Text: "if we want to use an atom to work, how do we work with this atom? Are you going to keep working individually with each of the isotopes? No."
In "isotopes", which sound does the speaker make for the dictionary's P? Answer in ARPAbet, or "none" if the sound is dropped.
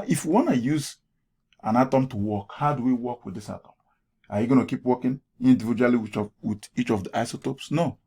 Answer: P